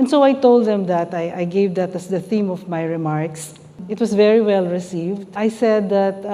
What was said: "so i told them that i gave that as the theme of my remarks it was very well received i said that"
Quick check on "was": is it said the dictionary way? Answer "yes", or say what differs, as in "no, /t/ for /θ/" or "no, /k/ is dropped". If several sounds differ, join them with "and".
no, /s/ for /z/